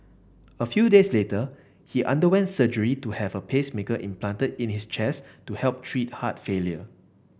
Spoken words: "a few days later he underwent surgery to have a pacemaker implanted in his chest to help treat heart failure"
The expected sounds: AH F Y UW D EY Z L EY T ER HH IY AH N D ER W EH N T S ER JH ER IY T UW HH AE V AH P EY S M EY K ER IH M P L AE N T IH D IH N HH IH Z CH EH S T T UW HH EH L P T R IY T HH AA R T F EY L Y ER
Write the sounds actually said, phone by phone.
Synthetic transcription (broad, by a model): AH F Y UW D EY S L EY T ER HH IY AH N D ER W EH N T S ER JH ER IY T UW HH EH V AH P EY S M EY K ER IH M P L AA N T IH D IH N HH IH S CH EH S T T UW HH EH L P T R IY T HH AA T F EY L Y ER